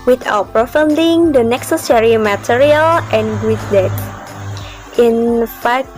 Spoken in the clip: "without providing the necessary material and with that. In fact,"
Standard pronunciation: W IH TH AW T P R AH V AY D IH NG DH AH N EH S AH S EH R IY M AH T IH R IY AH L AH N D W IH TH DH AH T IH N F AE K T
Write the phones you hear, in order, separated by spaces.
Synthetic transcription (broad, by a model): W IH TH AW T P R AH F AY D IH NG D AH N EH S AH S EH R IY M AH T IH R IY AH L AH N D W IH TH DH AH T IH N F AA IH